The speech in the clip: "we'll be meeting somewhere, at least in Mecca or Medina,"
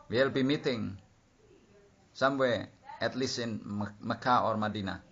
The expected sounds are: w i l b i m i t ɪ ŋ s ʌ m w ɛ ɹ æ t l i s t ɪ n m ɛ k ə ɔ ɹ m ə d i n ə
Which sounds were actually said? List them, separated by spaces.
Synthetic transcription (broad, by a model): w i l b i m i t ɪ ŋ s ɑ m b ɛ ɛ t l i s ɪ n m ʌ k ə ɔ ɹ m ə d i n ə